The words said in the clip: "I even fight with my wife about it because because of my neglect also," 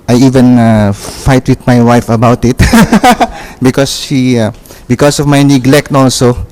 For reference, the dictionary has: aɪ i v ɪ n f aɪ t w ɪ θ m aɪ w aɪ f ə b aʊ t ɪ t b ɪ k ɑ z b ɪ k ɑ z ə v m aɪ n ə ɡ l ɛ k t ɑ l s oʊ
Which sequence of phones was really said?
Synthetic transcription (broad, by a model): aɪ i v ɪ n f aɪ t w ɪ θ m aɪ w aɪ f ə b aʊ t ɪ t b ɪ k ɑ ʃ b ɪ k ɑ s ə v m aɪ n ə ɡ l ɛ k t ɑ l s oʊ